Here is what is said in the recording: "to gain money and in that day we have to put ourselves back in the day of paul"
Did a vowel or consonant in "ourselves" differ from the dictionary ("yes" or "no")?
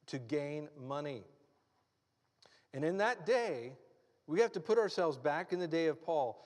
no